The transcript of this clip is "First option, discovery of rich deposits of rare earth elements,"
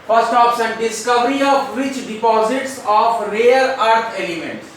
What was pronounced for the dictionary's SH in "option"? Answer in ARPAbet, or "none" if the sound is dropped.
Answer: S